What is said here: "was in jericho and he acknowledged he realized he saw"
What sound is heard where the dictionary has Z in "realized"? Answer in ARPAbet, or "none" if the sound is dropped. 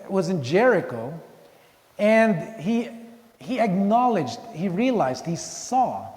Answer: Z